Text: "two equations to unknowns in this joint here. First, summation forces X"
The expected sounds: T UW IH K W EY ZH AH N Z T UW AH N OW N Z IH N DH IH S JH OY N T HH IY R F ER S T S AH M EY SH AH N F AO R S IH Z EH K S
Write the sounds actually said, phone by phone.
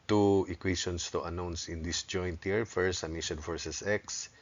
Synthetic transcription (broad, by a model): T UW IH K W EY SH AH N S T UW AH N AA N S IH N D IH S JH OY N T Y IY R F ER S S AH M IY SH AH N F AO R S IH S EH K S